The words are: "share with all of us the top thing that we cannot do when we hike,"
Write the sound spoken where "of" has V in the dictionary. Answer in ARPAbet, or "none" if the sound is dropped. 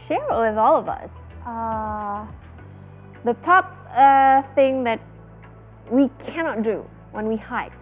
V